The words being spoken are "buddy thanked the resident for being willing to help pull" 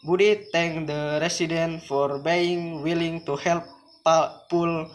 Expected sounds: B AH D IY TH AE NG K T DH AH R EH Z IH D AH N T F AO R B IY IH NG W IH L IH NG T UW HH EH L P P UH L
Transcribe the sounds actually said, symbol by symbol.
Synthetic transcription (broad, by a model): B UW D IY T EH NG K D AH R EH S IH D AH N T F AO R B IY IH NG W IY L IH NG T UW HH EH L P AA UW L